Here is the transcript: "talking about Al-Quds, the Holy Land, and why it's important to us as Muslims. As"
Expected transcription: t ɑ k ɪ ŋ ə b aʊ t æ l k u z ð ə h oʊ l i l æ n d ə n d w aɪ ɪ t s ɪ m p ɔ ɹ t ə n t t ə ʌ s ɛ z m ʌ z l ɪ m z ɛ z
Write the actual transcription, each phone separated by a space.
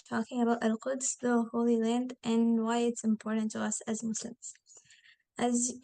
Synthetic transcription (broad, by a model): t ɑ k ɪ ŋ ə b aʊ t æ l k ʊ s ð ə h oʊ l i l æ n d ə n w aɪ ɪ t s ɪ m p ɔ ɹ t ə n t t ə ʌ s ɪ z m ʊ s l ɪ m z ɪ z